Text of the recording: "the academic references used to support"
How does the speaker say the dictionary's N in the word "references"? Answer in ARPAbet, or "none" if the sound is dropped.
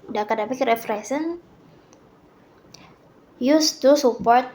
none